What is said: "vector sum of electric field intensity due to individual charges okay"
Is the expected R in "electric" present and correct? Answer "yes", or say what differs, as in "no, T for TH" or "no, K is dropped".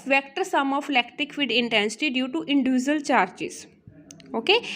no, R is dropped